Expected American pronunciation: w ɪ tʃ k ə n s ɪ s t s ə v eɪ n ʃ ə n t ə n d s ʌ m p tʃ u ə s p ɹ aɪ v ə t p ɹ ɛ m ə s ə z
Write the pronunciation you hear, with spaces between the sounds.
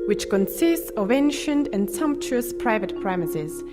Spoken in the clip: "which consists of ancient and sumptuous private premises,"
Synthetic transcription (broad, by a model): w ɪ tʃ k ə n s ɪ s t s ə v eɪ n ʃ ə n t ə n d s ʌ m p tʃ u ə s p ɹ aɪ v ə t p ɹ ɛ m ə s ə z